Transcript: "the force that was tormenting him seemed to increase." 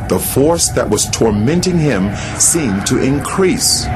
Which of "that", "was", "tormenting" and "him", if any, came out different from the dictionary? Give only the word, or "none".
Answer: none